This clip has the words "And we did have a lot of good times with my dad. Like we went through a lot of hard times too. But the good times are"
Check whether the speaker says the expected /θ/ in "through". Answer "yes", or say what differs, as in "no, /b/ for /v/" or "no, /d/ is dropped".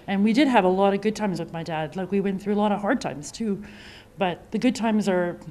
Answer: yes